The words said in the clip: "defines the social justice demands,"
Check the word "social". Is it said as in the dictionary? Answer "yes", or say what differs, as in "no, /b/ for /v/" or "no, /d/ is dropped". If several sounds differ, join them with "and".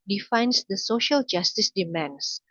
yes